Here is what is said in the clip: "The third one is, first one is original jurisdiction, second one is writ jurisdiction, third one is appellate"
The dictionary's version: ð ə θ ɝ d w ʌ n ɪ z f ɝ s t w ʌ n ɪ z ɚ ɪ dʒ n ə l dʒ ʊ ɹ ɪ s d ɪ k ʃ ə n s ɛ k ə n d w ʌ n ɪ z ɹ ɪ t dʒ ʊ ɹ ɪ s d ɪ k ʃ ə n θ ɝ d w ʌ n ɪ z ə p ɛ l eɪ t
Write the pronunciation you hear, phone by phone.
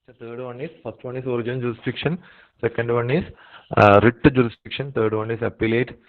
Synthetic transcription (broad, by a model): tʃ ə t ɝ d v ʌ n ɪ s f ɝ s t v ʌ n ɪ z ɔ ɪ dʒ ə n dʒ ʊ ɹ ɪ s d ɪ k ʃ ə n s ɛ k ə n d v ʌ n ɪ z ɹ ɪ t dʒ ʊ ɹ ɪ s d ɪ k ʃ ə n t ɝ d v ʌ n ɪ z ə p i l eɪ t